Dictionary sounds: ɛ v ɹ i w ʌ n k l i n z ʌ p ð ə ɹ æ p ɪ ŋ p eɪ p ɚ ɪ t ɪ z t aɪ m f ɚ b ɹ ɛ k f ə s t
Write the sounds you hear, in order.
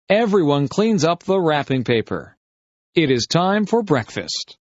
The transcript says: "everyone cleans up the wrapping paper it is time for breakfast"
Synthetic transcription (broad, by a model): ɛ v ɹ i w ʌ n k l i n z ʌ p ð ə ɹ æ p ɪ ŋ p eɪ p ɚ ɪ t ɪ z t aɪ m f ɚ b ɹ ɛ k f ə s t